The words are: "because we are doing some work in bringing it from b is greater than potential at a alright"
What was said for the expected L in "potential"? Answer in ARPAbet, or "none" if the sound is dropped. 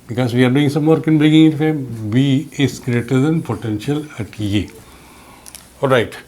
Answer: L